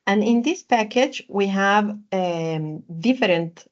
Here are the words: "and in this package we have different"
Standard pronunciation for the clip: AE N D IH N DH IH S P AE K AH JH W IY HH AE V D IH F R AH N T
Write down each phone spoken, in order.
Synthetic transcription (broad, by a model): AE N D IH N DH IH S P AE K AH JH W IY HH AE V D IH F R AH N T